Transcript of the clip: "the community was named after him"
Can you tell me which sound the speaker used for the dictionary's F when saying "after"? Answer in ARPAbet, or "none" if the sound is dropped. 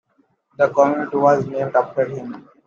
P